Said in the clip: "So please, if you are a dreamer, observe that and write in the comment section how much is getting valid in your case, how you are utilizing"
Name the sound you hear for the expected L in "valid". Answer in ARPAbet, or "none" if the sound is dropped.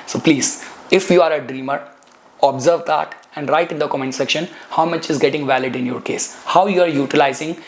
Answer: L